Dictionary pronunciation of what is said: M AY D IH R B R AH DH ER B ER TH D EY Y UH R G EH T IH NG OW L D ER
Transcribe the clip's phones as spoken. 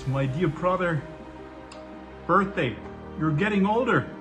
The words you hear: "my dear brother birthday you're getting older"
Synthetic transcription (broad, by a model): M AY D IH R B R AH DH ER B ER TH D EY Y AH R G EH T IH NG OW L D ER